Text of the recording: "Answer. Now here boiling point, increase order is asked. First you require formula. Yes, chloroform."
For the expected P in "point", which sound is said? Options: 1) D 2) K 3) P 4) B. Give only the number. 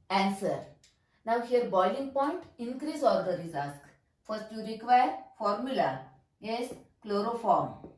3